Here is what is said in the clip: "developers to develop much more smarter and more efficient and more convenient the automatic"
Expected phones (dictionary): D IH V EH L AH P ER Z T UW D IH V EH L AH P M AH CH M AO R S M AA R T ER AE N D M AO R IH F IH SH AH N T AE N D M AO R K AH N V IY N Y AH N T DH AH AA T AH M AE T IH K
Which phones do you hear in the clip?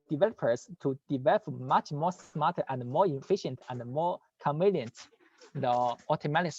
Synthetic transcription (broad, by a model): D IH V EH L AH P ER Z T UW D IH V EH L AH P M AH CH M AO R S M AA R T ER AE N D M AO R IH F IH SH AH N T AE N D M AO R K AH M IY L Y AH N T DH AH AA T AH M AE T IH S